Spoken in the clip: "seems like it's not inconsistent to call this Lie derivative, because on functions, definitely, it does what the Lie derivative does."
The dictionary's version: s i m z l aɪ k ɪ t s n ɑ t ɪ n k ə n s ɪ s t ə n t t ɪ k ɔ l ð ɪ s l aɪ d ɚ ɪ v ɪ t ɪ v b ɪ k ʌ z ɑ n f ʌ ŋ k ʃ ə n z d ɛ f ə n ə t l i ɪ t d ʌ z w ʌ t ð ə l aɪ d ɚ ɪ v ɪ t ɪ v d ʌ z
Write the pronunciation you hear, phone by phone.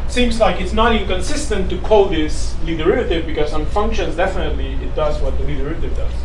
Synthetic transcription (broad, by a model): s i m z l aɪ k ɪ t s n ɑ t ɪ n k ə n s ɪ s t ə n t t ɪ k ɔ l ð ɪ s l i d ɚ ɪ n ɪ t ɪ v b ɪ k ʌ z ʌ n f ʌ ŋ k ʃ ə n z d ɛ f ə n ə t l i ɪ t d ʌ z w ʌ t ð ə l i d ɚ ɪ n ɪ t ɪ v d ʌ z